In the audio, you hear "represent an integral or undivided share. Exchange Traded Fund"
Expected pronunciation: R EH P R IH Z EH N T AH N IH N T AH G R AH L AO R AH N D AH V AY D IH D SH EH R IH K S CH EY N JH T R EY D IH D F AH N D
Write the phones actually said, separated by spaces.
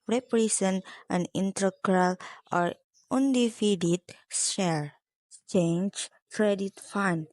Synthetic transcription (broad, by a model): R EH P R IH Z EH N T AH N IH N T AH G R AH L AO R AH N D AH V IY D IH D S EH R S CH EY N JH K R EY D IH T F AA N